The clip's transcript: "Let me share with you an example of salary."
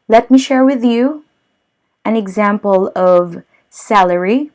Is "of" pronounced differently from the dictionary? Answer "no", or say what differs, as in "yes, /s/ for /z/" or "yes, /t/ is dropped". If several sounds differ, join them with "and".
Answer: no